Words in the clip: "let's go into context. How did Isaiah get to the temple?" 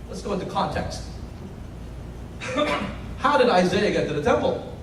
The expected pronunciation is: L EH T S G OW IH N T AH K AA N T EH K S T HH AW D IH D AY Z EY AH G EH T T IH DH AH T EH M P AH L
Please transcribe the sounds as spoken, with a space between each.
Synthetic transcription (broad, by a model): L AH T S G OW IH N T AH K AA N T EH K S T HH AW D IH D AY Z EY AH G EH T T IH DH AH T EH M P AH L